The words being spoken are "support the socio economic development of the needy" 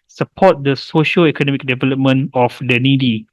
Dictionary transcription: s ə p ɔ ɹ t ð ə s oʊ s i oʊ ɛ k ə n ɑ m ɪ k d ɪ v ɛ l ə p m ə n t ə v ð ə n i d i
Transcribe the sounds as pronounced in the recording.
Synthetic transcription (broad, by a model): s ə p ɔ t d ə s oʊ ʃ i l ɛ k ə n ɑ m ɪ k d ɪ v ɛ l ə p m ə n ə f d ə n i d i